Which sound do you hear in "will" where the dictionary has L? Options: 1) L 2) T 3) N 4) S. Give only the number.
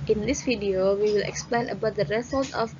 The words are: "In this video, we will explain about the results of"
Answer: 1